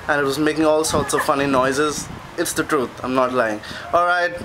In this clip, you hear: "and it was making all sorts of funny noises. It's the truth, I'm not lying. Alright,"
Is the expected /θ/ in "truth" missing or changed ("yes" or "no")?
yes